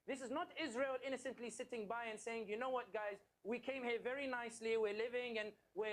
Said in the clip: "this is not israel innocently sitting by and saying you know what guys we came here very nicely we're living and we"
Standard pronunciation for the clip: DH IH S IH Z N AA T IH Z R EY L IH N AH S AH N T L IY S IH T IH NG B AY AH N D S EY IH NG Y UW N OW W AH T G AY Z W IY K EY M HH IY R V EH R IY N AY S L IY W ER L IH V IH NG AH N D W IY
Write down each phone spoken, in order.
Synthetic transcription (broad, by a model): DH IH S IH Z N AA T IH Z R EY L IH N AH S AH N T L IY S IH T IH NG B AY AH N S EY IH NG Y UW N OW W AH T G AY Z W IY K EY M HH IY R V EH R IY N AY S L IY W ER L IH V IH NG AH N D W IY